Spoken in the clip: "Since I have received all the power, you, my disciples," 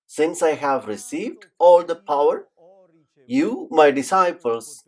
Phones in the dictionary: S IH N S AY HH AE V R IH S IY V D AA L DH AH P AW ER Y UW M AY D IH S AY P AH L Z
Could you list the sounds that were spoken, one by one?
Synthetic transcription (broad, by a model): S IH N S AY HH AE V R IH S IY V D AA L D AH P AW ER Y UW M AY D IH S AY P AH L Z